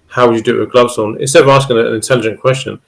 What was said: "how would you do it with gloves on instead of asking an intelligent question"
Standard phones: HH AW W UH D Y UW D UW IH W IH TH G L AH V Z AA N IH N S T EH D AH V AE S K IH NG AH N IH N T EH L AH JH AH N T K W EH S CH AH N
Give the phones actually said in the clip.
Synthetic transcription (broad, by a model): HH AW W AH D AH D IH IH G L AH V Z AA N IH S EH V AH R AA S K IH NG AH N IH N T EH L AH JH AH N K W EH S CH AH N